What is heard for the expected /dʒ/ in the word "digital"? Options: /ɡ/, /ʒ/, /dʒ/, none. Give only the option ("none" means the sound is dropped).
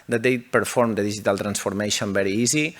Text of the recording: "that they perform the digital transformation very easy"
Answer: /ʒ/